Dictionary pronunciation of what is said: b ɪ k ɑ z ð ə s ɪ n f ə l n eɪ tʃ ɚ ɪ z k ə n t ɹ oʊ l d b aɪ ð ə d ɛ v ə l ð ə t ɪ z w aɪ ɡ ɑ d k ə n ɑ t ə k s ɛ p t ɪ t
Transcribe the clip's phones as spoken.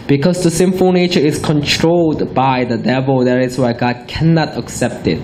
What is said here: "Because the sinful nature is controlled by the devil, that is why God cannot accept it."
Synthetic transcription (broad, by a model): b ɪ k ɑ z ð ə s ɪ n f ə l n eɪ tʃ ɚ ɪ s k ə n t ɹ oʊ l d b aɪ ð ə d ɛ v ə l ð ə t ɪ s w aɪ ɡ ɑ d k ə n ɑ t ə k s ɛ p t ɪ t